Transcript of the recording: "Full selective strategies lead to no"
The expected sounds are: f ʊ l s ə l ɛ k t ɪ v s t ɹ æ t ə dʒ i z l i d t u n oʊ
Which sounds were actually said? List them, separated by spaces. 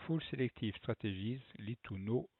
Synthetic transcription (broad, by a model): f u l s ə l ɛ k t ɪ f s t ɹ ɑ t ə ʒ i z l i t u n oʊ